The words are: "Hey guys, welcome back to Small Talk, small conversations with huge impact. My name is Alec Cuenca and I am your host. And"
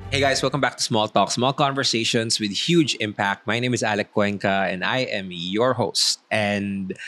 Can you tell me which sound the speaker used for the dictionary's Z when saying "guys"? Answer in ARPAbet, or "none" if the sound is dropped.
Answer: S